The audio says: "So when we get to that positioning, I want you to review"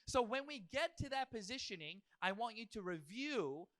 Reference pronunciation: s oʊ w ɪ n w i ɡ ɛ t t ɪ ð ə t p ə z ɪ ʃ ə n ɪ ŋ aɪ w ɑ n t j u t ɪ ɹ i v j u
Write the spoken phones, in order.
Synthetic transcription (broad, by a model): s oʊ w ɪ n w i ɡ ɛ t t ɪ ð ə t p ə z ɪ ʃ ə n ɪ ŋ aɪ w ɑ n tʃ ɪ t ɪ ɹ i v j u